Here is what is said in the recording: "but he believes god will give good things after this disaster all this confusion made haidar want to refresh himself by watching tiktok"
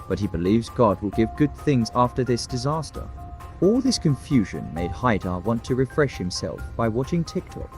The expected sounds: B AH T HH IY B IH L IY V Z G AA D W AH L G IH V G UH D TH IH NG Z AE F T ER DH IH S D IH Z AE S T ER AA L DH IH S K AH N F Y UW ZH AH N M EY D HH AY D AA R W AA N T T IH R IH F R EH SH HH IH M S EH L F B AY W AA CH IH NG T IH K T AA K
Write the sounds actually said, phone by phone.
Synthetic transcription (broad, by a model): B AH T HH IY B IH L IY V Z G AA D W AH L G IH V G UH D TH IH NG Z AE F T ER DH IH S D IH Z AE S T ER AA L DH IH S K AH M F Y UW ZH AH N M EY D HH AY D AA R W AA N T T IH R IH F R EH SH HH IH M S EH L F B AY W AA CH IH NG T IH K T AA K